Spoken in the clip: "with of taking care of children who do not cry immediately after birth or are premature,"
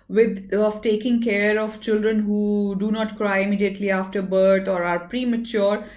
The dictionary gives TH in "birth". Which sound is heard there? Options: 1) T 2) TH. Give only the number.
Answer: 1